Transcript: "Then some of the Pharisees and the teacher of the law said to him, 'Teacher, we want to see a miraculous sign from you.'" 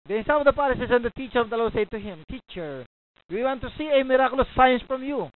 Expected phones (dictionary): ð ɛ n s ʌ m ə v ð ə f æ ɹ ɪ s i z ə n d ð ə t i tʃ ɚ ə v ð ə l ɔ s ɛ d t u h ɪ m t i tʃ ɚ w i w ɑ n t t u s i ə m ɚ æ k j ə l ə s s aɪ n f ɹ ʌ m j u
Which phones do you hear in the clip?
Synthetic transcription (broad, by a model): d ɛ n s ʌ m ə v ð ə p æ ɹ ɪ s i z ə n d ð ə t i tʃ ɚ ə v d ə l ɔ s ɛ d t u h ɪ m t i tʃ ɚ w i w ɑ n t t u s i ə m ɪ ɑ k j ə l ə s s aɪ n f ɹ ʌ m j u